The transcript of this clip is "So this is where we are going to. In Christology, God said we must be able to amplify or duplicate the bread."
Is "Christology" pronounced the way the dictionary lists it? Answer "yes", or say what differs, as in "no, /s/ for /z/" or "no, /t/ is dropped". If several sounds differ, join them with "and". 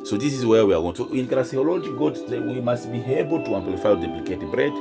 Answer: no, /l/ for /ɹ/